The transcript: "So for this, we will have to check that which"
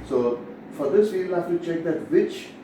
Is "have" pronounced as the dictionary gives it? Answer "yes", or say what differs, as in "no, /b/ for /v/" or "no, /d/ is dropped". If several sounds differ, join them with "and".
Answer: no, /f/ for /v/